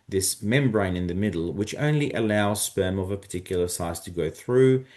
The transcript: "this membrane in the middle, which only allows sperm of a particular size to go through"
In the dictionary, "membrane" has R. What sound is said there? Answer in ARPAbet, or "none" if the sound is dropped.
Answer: R